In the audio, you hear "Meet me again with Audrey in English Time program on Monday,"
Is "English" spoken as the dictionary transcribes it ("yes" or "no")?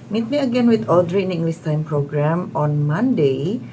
no